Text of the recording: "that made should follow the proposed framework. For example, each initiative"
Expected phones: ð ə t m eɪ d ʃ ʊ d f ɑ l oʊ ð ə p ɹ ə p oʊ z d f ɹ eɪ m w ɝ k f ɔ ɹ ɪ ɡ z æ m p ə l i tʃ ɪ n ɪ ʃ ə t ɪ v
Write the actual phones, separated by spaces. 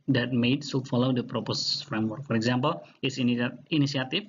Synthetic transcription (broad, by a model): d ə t m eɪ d s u f ɑ l oʊ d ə p ɹ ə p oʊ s f ɹ eɪ m w ɝ k f ɔ ɹ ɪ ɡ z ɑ m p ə l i s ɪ n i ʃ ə t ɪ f